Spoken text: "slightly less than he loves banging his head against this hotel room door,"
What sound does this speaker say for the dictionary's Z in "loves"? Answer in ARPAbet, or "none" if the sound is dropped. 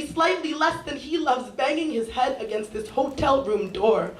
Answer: Z